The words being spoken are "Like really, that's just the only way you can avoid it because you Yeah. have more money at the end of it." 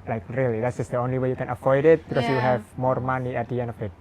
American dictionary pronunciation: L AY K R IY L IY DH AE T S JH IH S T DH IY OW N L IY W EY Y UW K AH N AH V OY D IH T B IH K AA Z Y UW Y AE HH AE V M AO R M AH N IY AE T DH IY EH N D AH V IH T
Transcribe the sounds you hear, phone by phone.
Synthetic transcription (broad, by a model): L AY K R IY L IY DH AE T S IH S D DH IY OW N L IY W EY Y UW K AH N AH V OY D IH T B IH K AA S Y UW HH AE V M AO R M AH N IY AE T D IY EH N AH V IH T